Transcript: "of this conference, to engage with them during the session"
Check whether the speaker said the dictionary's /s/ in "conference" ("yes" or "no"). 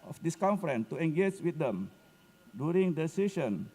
no